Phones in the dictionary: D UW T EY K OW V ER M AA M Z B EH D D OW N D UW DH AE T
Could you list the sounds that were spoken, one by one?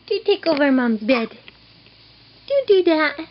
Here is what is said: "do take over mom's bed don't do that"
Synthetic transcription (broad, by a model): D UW T EY K OW V ER M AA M B EH D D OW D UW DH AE T